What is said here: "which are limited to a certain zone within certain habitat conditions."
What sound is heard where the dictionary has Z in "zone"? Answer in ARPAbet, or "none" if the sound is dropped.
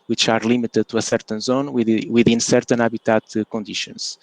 Z